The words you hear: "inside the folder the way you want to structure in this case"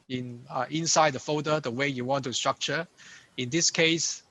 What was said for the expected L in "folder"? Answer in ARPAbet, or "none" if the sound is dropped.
none